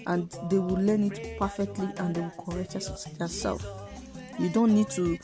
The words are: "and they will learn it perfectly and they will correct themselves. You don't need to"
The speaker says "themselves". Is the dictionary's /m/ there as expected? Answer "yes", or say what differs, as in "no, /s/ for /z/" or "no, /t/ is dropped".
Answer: no, /m/ is dropped